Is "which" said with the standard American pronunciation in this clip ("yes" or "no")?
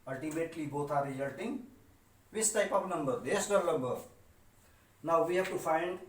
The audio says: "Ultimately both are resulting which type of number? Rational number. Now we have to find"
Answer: no